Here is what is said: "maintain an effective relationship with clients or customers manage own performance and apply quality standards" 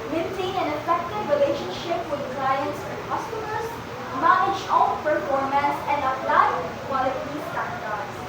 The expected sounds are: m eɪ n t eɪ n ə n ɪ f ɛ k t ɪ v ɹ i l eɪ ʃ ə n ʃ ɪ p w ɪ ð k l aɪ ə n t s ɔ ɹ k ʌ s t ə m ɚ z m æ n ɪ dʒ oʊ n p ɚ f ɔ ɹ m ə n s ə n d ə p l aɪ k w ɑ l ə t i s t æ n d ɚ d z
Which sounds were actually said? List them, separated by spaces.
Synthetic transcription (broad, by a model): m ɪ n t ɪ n ə n ɪ f ɛ k t ɪ v ɹ i l eɪ ʃ ə n ʃ ɪ p w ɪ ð k l aɪ ə n t s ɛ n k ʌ s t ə m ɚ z m æ n ɪ dʒ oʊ l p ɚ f ɔ ɹ m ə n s ə n d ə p l aɪ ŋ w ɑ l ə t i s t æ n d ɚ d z